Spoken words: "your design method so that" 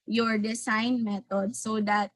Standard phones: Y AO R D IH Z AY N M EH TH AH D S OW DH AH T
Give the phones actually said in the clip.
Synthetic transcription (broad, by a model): Y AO R D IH S AY N M EH T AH D S OW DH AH T